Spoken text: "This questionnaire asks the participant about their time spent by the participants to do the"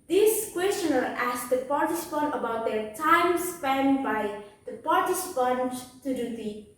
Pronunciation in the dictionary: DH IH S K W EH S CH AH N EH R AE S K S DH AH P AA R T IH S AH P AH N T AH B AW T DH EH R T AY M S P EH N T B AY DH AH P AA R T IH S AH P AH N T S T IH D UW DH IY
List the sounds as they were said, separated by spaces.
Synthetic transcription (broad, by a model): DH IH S K W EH S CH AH N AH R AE S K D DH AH P AA R T IH S AH P AH N T AH B AW T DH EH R T AY M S P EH N B AY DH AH P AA R T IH S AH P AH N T T IH D UW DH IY